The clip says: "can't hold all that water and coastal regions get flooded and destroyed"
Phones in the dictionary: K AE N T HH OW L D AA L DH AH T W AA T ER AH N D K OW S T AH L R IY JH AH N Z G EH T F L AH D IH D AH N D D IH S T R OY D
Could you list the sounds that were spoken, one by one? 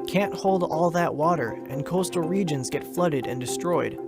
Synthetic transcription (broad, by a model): K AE N T HH OW L D AA L DH AH T W AA T ER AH N K OW S T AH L R IY JH AH N Z G EH T F L AH D IH D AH N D D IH S T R OY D